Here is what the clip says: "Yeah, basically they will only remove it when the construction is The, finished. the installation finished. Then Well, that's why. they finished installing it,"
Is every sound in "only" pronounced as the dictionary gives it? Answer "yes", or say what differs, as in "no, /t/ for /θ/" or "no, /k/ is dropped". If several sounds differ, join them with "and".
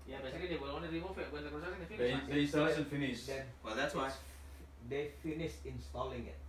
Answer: no, /l/ is dropped